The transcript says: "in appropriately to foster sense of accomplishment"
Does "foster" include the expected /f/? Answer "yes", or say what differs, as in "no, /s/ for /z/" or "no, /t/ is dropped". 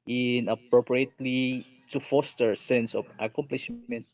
yes